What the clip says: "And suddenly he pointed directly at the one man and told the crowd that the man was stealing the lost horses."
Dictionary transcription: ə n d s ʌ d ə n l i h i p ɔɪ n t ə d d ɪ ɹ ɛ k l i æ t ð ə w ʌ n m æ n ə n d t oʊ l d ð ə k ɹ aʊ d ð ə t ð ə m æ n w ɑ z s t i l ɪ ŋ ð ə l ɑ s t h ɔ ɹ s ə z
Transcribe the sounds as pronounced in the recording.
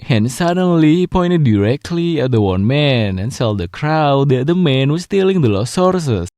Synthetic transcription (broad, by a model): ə n s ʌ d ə n l i h i p ɔɪ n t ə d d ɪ ɹ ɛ k l i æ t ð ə w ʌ n m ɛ n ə n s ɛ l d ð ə k ɹ aʊ d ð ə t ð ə m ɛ n w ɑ s t i l ɪ ŋ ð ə l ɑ s ɔ ɹ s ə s